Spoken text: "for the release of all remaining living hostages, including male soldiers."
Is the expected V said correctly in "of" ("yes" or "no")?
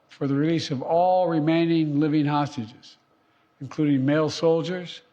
yes